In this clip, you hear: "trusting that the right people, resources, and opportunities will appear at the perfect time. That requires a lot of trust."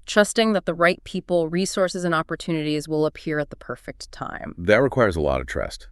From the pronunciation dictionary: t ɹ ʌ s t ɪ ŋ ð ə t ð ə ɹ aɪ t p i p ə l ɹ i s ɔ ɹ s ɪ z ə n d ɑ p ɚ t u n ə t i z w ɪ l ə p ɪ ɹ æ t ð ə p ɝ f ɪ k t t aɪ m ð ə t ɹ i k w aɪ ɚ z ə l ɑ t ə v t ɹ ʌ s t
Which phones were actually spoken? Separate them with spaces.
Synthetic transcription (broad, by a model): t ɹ ʌ s t ɪ ŋ ð ə t ð ə ɹ aɪ t p i p l ɹ i s ɔ ɹ s ɪ z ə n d ɑ p ɚ t u n ə t i z w ɪ l ə p ɪ ɹ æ t ð ə p ɝ f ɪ k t t aɪ m ð ə t ɹ i k w aɪ ɚ z ə l ɑ t ə v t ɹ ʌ s t